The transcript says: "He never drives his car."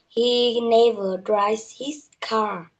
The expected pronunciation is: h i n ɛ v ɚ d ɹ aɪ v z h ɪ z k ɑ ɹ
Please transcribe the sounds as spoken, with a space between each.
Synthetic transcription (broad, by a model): h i n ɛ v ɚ d ɹ aɪ z h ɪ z k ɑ ɹ